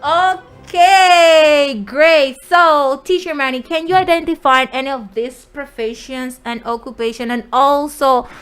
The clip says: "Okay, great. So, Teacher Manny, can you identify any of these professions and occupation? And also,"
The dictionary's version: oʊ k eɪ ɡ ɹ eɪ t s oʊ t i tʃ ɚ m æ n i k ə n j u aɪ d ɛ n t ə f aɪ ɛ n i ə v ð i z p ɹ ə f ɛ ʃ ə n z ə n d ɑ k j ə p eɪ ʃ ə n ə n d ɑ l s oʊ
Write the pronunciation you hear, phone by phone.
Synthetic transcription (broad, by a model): oʊ k eɪ ɡ ɹ eɪ t s oʊ t i tʃ ɚ m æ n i k ə n j u aɪ d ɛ n t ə f aɪ ɛ n i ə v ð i s p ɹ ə f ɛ ʃ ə n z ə n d ɑ k j ə p eɪ ʃ ə n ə n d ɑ l s oʊ